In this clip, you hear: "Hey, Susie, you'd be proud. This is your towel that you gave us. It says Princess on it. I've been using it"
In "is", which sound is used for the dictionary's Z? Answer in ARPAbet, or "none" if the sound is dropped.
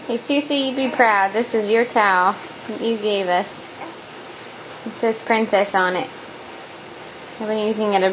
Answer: Z